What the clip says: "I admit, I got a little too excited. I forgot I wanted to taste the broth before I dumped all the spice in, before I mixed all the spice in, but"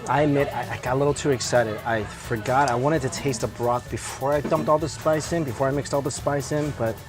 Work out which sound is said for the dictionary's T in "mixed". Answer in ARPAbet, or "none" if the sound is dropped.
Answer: T